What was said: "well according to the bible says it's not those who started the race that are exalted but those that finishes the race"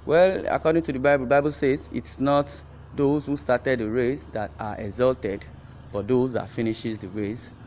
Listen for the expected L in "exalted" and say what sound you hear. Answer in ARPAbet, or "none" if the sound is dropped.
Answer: L